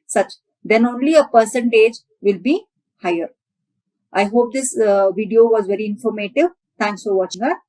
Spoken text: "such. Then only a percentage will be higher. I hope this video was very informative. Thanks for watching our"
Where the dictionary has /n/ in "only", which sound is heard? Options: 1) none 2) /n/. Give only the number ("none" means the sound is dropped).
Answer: 2